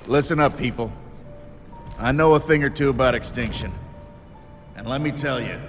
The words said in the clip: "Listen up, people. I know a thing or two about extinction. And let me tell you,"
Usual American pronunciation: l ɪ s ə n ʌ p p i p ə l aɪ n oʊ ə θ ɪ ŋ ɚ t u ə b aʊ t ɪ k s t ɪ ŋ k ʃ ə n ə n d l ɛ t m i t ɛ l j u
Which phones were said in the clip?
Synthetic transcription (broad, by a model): l ɪ s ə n ʌ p p i p l aɪ n oʊ ə θ ɪ ŋ ɚ t u ə b aʊ t ɪ k s t ɪ ŋ k ʃ ə n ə n l ɛ t m i t ɛ l j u